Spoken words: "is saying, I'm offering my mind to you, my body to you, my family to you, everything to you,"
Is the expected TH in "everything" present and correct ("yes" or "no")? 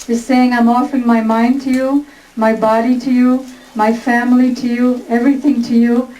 yes